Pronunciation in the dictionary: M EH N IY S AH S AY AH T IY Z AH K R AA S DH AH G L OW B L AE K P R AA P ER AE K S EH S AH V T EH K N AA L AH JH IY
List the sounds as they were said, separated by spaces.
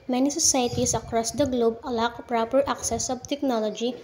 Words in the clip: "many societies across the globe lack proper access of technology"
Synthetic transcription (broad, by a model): M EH N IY S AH S AY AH T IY S AH K R AA S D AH G L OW B L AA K P R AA P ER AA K S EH S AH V T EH K N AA L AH JH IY